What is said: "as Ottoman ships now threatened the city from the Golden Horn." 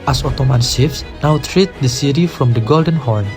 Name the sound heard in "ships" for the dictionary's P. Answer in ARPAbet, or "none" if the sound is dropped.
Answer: F